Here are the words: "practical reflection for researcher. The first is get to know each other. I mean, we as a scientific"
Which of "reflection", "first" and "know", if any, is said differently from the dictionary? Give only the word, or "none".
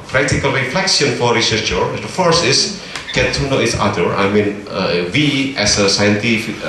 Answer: reflection